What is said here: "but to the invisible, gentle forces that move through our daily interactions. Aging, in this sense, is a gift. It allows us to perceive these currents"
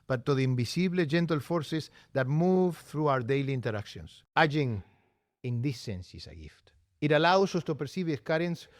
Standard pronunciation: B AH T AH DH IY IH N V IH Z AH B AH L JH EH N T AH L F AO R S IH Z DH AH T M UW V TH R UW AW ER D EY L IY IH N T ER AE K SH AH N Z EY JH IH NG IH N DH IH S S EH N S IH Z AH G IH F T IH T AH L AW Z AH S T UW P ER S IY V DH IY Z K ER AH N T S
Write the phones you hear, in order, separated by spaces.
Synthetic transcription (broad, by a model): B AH T AH DH IY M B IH S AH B L JH EH N T AH L F AO R S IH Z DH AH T M UW V TH R UW AW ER D EY L IY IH N T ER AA K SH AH N S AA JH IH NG IH N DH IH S S EH N S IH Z AH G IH F T IH T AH L AW S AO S T UW P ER S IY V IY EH K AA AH N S